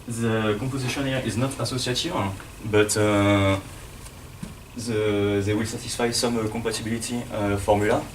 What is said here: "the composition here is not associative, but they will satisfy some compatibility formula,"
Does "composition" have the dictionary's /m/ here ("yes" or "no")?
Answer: no